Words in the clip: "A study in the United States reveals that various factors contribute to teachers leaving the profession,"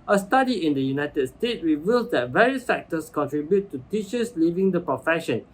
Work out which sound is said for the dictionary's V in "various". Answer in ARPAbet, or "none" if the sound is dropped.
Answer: V